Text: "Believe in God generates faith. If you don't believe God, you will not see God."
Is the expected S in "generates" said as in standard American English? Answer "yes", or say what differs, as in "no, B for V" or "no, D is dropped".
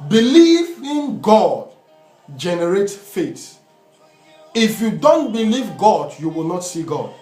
no, S is dropped